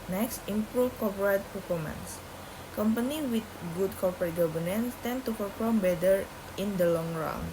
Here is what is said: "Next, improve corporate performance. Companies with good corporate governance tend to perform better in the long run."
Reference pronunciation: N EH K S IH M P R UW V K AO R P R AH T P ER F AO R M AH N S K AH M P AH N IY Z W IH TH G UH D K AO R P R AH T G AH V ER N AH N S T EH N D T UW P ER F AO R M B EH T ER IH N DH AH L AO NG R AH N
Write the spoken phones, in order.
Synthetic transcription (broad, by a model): N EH K S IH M P R UW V K AO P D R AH T P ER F AO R M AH N S K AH M P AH N IY W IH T G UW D K AO R P R AH T G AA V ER N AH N S T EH N T UW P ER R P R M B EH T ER IH N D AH L AO NG R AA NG